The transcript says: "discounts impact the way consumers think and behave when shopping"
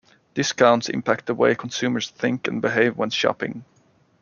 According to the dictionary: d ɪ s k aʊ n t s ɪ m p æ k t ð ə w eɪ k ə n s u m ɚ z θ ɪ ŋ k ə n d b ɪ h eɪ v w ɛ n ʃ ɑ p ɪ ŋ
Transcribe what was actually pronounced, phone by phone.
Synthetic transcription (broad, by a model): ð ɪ s k aʊ n t s ɪ m p æ k t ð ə w eɪ k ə n s u m ɚ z θ ɪ ŋ k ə n b ɪ h eɪ v w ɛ n ʃ ɑ p ɪ ŋ